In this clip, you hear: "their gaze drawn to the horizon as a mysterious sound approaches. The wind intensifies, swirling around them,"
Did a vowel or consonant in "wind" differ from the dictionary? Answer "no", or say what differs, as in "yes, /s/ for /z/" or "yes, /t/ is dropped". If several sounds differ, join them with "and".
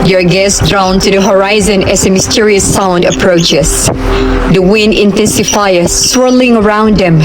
no